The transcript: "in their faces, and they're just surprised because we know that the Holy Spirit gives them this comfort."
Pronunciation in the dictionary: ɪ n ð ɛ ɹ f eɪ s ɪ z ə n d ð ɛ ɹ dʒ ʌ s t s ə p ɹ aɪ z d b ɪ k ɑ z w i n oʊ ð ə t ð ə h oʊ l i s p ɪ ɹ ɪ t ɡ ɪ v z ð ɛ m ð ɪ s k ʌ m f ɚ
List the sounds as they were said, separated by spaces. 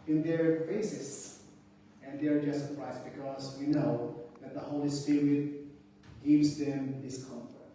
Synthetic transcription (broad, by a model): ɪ n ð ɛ ɹ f eɪ s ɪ s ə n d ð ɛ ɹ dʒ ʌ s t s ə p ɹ aɪ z b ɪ k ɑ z w i n oʊ ð ə t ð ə h oʊ l i s p ɪ ɹ ɪ t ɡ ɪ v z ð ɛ m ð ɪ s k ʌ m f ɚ